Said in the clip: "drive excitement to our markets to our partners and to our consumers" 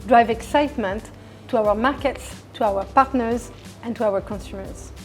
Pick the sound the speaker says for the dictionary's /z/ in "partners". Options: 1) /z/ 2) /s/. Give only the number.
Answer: 1